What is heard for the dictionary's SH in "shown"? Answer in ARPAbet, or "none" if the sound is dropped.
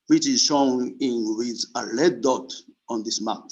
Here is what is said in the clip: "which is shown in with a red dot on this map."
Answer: S